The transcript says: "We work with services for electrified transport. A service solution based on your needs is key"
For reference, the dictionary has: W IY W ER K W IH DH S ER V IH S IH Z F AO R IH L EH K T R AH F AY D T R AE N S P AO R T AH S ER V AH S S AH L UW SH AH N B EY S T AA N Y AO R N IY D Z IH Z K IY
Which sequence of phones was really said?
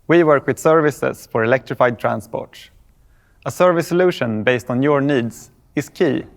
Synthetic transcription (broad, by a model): W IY W ER K W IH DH S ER V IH S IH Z F AO R IH L EH K T R AH F AY D T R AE N S P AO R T AH S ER V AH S S AH L UW SH AH N B EY S T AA N Y AO R N IY D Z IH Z K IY